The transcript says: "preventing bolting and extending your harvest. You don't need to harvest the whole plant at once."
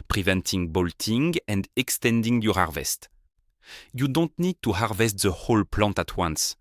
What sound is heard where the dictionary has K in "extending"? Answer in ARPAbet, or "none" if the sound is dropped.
K